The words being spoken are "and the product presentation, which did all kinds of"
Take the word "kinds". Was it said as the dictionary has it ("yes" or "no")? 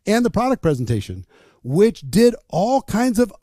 yes